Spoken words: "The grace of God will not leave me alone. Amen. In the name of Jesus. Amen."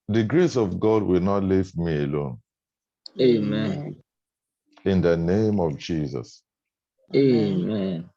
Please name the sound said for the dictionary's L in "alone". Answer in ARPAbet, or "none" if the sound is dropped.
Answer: L